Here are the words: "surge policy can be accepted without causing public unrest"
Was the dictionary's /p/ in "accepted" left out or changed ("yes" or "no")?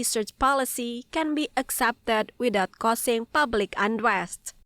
no